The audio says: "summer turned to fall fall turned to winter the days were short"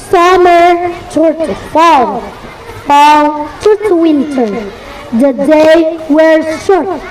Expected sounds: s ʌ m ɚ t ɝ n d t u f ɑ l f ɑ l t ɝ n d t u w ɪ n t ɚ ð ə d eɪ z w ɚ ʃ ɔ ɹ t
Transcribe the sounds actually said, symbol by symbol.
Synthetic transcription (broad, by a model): s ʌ m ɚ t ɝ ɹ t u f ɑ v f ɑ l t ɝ t u w ɪ n t ɚ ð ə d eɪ w ɚ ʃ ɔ ɹ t